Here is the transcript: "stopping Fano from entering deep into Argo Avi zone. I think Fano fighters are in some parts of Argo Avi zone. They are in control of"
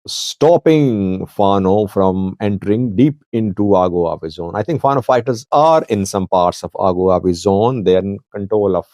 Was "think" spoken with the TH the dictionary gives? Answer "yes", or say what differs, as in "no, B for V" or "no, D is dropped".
no, T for TH